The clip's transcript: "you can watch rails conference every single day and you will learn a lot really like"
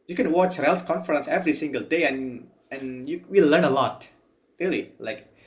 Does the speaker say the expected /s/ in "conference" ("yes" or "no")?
yes